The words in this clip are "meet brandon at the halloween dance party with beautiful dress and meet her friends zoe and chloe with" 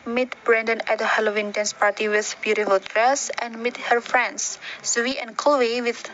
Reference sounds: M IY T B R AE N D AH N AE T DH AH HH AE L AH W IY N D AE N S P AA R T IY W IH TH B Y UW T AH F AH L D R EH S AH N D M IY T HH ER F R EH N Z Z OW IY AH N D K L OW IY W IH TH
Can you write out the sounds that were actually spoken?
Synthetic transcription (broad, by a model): M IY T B R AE N D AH N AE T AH HH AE L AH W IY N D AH N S P AA R T IY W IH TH B Y UW T AH F AH L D R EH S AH N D M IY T HH ER F R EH N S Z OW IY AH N K OW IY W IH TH